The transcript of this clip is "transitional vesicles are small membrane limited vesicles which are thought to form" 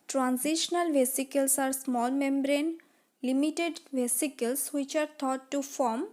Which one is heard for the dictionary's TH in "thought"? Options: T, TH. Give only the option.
T